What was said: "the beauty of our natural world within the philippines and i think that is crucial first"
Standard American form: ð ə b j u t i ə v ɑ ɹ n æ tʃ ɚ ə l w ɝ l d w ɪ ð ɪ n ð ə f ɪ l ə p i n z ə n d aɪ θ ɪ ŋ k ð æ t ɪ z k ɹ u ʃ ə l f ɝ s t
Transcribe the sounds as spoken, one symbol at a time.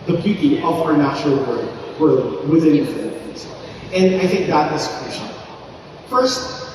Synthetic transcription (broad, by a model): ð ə b j u t i ə v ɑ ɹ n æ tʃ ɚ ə l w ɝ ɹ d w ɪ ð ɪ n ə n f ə i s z ə n d aɪ θ ɪ ŋ k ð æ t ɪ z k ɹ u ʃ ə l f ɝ s t